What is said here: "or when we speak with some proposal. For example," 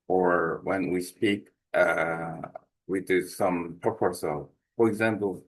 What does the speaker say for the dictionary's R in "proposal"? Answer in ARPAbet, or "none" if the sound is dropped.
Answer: none